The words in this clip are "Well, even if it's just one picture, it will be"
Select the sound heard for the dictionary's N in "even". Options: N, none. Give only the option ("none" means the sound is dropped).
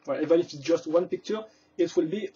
none